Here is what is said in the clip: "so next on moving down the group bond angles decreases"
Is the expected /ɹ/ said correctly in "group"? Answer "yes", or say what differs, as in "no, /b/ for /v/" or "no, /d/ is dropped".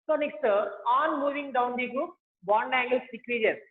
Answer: no, /ɹ/ is dropped